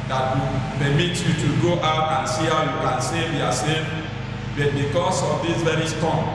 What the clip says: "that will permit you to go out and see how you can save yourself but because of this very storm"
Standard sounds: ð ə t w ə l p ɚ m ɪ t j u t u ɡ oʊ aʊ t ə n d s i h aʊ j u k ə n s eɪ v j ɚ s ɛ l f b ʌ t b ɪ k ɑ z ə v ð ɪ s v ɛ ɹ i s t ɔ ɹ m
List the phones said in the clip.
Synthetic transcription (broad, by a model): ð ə t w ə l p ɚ m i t j u t u ɡ oʊ aʊ t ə n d s i h aʊ j u k ə n s eɪ v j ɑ s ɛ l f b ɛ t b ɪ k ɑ s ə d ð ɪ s v ɛ ɹ i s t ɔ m